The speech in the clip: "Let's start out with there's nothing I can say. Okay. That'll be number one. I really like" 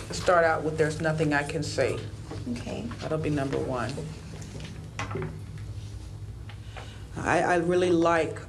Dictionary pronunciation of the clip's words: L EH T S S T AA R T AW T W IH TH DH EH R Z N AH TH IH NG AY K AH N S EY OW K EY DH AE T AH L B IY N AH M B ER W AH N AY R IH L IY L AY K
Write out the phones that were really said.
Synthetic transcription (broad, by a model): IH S S T AA R T AW T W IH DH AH R Z N AH TH IH NG AY K AH N S EY OW K EY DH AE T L B IY N AH M B ER W AH N AY R IH L IY L AY K